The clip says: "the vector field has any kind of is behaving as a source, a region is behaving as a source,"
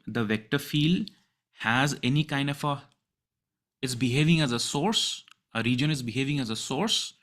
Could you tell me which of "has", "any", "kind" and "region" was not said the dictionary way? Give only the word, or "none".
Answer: none